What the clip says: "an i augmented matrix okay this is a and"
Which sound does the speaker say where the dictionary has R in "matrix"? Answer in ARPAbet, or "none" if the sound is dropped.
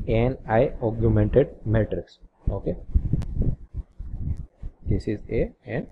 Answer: R